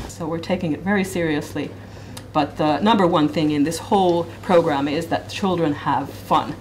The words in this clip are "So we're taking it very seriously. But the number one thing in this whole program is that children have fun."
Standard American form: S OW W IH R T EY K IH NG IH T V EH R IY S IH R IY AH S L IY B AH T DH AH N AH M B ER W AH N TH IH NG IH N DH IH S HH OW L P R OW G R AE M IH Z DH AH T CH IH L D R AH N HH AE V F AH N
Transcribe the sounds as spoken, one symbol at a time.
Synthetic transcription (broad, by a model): S OW W IH R T EY K IH NG IH T V EH R IY S IH R IY AH S L IY B AH T DH AH N AH M B ER W AH N TH IH NG IH N DH IH S HH OW L P R OW G R AE M IH Z DH AH T CH IH L D R AH N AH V F AH N